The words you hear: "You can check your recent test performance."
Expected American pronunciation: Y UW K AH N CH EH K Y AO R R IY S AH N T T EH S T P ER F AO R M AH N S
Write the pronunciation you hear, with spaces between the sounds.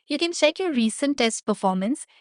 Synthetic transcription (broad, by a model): Y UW K AH N SH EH K Y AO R R IY S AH N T T EH S T P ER F AO R M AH N S